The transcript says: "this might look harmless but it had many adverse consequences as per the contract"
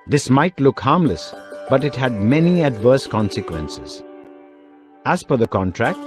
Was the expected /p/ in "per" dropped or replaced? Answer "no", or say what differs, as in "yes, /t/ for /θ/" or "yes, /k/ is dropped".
yes, /f/ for /p/